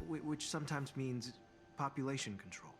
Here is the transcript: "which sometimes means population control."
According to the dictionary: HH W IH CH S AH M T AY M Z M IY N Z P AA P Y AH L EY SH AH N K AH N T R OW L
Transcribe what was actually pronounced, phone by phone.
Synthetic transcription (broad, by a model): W W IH CH S AH M T AY M Z M IY N Z P AA P Y AH L EY SH AH N K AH N T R OW L